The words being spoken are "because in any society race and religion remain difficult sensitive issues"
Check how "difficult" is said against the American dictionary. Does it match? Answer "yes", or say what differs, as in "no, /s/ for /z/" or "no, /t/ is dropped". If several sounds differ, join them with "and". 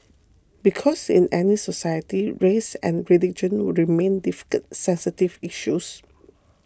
no, /l/ is dropped